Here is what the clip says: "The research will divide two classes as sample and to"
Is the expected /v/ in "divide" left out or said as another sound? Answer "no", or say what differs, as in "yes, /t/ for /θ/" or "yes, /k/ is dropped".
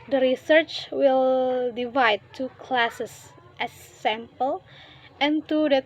no